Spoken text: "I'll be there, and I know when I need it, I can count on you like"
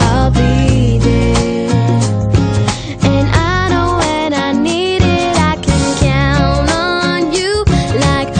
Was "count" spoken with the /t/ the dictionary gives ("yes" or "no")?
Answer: no